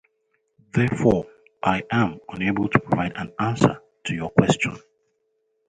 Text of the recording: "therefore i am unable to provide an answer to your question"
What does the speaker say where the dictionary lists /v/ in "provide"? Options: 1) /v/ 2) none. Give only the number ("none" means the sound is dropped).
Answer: 2